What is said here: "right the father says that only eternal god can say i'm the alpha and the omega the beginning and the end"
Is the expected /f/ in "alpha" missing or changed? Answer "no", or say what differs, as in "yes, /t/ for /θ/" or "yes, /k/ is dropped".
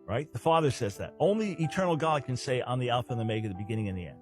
no